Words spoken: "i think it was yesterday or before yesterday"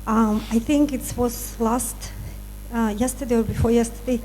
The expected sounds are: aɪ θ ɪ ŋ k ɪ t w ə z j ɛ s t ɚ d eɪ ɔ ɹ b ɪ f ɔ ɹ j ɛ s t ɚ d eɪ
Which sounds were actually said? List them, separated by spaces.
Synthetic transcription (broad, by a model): aɪ θ ɪ ŋ k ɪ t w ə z j ɛ s t ɚ d eɪ ɔ ɹ b ɪ f ɔ ɹ j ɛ s t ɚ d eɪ